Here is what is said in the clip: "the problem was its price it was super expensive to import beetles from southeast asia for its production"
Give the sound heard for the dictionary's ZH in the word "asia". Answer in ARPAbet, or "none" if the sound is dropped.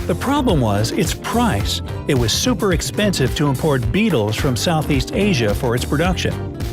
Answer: ZH